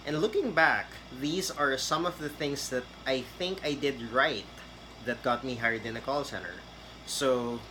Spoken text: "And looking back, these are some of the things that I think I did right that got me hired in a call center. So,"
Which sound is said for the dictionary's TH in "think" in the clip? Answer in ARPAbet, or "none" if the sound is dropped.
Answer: TH